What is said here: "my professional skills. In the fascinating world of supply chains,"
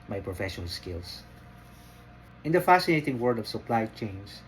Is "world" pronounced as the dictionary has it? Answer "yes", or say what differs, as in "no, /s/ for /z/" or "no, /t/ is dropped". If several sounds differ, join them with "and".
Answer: no, /l/ is dropped